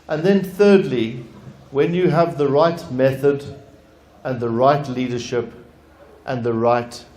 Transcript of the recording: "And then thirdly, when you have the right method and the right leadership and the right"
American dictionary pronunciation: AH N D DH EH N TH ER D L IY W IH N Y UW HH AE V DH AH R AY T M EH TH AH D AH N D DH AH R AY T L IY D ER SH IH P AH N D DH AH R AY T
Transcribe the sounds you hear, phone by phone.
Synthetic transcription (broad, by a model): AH N DH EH N TH ER D L IY W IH N Y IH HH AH V DH AH R AY T M EH TH AH D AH N DH AH R AY T L IY D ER SH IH P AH N DH AH R AY T